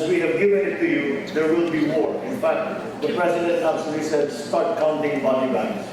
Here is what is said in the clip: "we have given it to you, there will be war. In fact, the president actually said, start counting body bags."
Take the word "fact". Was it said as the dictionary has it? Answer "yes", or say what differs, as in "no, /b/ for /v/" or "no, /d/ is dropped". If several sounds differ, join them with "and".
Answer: yes